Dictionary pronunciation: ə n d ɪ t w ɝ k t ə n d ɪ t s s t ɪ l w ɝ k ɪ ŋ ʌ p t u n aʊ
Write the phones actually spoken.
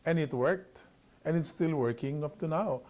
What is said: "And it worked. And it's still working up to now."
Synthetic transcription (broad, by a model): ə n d ɪ t w ɝ k t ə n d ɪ t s s t ɪ l w ɝ k ɪ ŋ ʌ p t u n aʊ